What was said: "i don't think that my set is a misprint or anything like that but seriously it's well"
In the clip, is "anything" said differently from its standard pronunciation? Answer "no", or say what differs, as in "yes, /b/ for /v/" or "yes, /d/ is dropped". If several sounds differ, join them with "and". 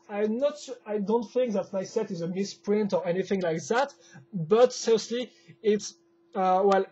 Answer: no